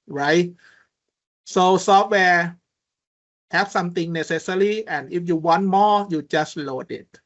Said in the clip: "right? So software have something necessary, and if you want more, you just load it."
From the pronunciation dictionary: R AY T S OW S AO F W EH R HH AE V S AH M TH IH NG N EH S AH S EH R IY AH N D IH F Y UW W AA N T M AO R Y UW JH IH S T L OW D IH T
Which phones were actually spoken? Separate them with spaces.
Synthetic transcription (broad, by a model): R AY T S OW S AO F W EH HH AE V S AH M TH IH NG N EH S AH S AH L IY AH N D IH F Y UW W AA N T M AO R Y UW JH IH S T L OW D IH T